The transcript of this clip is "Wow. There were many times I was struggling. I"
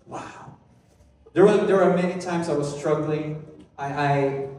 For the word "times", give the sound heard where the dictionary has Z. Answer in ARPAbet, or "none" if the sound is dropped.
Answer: Z